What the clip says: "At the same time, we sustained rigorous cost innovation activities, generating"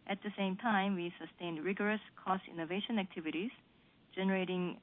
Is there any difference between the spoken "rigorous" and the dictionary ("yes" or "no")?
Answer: no